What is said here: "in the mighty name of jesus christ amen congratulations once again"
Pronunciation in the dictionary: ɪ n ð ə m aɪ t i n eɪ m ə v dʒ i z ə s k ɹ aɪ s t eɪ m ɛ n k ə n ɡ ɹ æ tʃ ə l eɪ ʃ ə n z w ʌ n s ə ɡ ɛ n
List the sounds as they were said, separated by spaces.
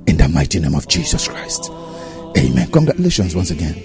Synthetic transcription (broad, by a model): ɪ n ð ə m aɪ t i n eɪ m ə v dʒ i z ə s k ɹ aɪ s t eɪ m ɛ n k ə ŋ ɡ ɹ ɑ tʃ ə l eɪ ʃ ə n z w ʌ n s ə ɡ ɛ n